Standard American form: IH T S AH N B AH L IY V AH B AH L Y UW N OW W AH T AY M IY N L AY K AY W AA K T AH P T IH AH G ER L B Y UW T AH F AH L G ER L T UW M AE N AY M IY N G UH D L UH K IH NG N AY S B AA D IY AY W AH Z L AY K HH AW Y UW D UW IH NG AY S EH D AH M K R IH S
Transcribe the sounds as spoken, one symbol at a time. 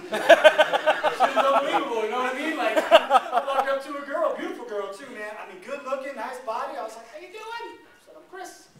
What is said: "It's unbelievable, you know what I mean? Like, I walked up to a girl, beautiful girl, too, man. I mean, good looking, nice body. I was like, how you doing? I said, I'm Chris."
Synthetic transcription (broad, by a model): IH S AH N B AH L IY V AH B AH L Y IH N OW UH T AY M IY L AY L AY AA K AH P T IH AH G ER L B Y UW T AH F L G ER L T UW M AE N AY M IY N G UH D L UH K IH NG N AY S B AA D IY AY W AH Z L AY K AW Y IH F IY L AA AH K K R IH S